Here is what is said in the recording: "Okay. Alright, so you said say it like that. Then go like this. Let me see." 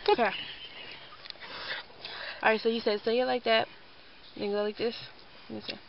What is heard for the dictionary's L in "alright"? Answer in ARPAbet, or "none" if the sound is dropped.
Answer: none